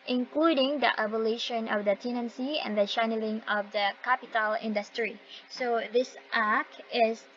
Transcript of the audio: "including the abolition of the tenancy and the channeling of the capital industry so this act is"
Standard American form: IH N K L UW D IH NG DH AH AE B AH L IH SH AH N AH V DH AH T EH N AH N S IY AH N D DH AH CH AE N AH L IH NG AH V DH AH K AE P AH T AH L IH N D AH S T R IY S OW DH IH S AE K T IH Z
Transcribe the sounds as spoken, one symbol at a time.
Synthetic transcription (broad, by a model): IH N K L UW D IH NG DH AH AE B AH L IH SH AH N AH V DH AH T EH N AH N S IY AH N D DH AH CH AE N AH L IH NG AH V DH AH K AE P AH T AH L IH N D AH S T R IY S OW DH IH S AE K IH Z